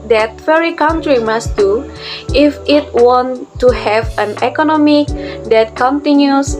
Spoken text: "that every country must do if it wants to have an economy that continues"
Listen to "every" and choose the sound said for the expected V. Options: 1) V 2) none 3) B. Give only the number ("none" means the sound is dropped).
2